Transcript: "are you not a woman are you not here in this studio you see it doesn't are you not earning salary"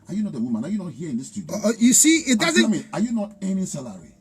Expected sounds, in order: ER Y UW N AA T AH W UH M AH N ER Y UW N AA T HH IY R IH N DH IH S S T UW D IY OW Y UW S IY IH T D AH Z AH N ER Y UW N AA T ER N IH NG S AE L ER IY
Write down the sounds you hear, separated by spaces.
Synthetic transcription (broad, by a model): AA Y UW N AA T AH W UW M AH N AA Y UW N AA T HH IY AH IH N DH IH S S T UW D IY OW Y UW S IY IH T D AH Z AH AA Y UW N AA T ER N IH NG S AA L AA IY